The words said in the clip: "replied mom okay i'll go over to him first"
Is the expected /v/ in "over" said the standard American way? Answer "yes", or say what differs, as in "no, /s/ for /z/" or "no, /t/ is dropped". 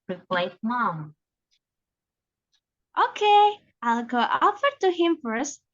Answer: no, /f/ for /v/